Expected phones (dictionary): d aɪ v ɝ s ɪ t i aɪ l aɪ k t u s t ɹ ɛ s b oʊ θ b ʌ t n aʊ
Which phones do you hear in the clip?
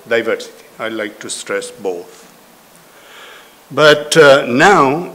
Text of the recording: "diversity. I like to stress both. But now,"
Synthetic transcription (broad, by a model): d aɪ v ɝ s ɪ t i aɪ l aɪ k t u s t ɹ ɛ s b oʊ t b ʌ t n aʊ